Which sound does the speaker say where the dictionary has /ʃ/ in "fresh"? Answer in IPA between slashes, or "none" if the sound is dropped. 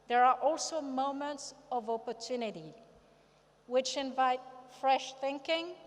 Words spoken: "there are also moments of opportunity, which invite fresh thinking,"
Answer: /ʃ/